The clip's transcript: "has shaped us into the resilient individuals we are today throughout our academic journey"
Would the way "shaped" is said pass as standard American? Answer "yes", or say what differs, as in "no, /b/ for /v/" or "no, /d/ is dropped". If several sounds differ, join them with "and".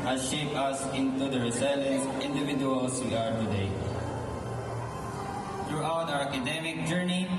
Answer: no, /t/ is dropped